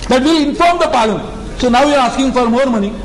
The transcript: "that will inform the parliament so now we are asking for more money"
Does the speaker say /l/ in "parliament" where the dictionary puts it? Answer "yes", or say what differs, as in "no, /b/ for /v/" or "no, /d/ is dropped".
no, /l/ is dropped